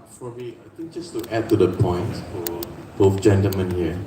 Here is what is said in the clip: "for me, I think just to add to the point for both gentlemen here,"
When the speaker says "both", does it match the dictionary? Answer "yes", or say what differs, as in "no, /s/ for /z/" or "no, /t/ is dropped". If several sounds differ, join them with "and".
no, /f/ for /θ/